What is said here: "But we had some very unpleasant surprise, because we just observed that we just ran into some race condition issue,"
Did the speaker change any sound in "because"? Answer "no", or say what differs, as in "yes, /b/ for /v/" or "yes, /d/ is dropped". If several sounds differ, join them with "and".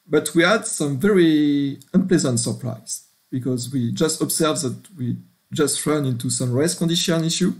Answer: no